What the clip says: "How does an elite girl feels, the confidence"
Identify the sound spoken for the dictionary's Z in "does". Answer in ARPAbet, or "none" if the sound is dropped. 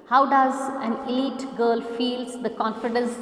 Z